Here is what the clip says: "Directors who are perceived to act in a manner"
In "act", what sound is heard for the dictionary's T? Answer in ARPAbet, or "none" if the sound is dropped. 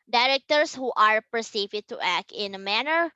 T